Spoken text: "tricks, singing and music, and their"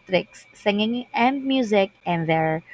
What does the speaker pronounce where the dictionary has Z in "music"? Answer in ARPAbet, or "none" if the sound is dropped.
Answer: Z